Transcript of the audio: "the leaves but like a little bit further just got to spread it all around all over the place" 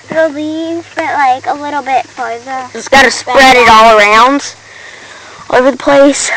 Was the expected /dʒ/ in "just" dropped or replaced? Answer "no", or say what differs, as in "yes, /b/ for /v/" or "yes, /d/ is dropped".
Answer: yes, /z/ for /dʒ/